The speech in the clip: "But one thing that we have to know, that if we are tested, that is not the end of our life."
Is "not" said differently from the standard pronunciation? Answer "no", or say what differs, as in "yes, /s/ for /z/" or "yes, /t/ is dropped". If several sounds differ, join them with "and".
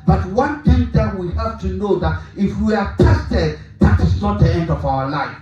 no